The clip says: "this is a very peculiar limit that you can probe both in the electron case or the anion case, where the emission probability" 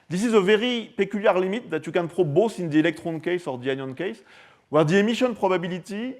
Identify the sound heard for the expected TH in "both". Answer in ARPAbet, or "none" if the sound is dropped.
S